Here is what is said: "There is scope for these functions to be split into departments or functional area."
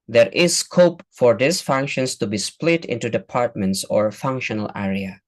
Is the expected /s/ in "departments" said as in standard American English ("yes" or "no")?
yes